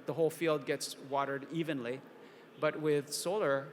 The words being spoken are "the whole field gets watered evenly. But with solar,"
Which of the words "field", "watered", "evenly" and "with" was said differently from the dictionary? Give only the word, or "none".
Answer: none